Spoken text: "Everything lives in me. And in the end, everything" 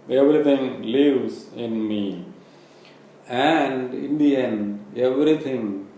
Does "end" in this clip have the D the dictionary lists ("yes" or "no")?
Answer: no